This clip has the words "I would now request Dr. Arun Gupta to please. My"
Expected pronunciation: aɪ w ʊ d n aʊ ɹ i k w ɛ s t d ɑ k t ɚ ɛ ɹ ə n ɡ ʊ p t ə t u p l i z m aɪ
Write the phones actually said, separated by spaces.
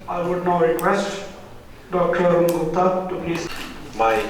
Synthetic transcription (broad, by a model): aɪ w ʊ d n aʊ ɹ i k w ɛ s t d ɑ k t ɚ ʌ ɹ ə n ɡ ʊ t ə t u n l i s m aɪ